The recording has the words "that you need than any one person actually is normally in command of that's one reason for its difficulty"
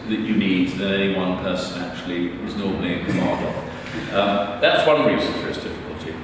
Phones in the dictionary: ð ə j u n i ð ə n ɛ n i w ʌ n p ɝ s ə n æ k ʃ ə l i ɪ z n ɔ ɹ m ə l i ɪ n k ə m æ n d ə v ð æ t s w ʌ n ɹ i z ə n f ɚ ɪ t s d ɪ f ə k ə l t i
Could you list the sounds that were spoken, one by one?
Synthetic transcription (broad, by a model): ð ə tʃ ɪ n i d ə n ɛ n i w ʌ n p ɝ s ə n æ k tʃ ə l i ɪ z n ɔ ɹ m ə l i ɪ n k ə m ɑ d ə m ð æ t s w ʌ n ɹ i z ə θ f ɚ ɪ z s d ɪ f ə k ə l t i